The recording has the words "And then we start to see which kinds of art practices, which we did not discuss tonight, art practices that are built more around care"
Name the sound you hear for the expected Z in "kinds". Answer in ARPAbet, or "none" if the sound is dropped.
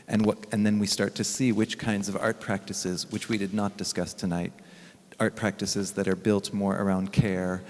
Z